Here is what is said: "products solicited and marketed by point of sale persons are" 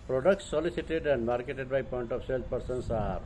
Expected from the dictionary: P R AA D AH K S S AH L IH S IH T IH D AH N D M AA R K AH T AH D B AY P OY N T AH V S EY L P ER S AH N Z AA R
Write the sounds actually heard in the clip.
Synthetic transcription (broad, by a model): P R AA D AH K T S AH L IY S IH T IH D AH N D M AA R K AH T AH D B AY P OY N T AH P S EY L P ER S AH N S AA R